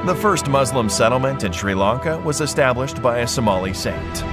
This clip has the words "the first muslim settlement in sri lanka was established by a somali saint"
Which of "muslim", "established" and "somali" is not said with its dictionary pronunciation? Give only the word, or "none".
none